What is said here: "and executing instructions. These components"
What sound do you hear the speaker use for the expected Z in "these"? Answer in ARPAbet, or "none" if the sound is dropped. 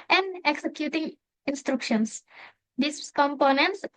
S